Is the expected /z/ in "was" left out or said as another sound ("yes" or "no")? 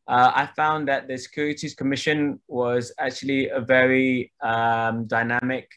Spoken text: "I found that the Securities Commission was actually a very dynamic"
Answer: no